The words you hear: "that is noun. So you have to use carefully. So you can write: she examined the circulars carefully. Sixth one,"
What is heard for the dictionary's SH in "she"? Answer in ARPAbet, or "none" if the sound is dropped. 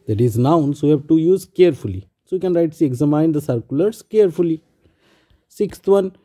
S